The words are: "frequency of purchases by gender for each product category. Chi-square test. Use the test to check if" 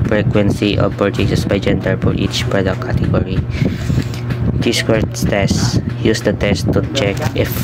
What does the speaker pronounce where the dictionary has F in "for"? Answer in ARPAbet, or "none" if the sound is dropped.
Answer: P